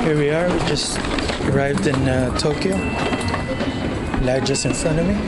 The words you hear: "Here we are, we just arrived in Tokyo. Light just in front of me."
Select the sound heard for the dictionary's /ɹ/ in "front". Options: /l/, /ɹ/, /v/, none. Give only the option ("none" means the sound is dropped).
none